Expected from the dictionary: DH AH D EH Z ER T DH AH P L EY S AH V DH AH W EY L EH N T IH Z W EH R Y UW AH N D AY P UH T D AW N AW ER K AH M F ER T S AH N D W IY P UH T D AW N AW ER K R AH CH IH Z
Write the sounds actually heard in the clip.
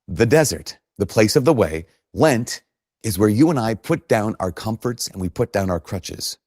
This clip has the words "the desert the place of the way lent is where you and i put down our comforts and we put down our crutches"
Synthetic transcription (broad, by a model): DH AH D EH Z ER T DH AH P L EY S AH V DH AH W EY L EH N T IH Z W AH R Y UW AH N AY P UH T D AW N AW ER K AH M F ER T S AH N W IY P UH T D AW N AW ER K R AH CH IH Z